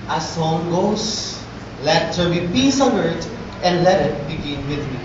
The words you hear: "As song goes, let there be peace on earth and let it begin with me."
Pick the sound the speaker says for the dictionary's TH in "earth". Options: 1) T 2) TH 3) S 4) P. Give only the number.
1